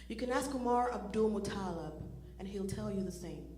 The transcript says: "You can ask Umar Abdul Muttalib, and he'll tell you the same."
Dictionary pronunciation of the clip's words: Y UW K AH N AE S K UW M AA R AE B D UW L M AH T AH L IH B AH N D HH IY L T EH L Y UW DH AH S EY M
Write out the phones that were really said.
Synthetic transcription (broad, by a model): Y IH K AH N AE S K UW M AA R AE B D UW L M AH T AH L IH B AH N HH IY L T EH L Y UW DH AH S EY M